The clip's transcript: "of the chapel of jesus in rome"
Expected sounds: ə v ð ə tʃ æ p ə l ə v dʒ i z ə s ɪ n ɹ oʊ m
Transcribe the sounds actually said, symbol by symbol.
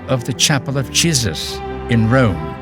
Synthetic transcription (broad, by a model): ə v ð ə tʃ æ p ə l ə v dʒ i z ə s ɪ n ɹ oʊ m